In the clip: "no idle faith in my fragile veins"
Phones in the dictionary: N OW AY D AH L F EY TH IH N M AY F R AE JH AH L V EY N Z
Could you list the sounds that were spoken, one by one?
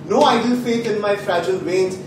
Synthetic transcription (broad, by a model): N OW AY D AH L F EY T IH N M AY F R AE JH AH L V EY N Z